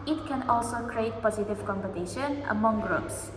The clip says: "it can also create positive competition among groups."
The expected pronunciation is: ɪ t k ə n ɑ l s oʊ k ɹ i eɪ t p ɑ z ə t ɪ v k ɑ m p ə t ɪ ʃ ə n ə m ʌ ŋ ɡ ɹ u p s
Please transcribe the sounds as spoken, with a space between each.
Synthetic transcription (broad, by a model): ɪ t k ə n ɑ l s oʊ k ɹ i eɪ t p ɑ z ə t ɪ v k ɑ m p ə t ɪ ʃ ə n ə m ʌ ŋ ɡ ɹ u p s